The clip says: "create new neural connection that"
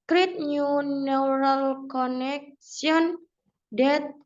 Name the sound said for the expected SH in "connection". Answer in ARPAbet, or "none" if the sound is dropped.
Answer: S